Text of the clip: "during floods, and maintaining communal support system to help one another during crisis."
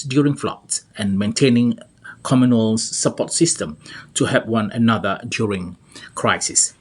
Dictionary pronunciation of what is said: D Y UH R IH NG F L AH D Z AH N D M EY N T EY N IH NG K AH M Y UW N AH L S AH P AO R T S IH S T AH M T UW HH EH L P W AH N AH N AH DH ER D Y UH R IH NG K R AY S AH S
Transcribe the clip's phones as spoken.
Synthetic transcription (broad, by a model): D Y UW R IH NG F L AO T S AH N M EY N T EY N IH NG K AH M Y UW N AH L S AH P AO T S IH S T AH M T UW HH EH P W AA N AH N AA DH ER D Y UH R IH NG K R AY S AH S